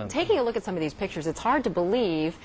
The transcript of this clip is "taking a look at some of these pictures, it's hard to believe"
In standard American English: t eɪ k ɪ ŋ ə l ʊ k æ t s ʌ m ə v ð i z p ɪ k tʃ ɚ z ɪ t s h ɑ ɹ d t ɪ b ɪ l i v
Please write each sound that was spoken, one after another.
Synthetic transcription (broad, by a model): t eɪ k ɪ ŋ ə l ʊ k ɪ t s ʌ m ə v ð i z p ɪ k tʃ ɚ z ɪ t s h ɑ ɹ d t ɪ b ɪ l i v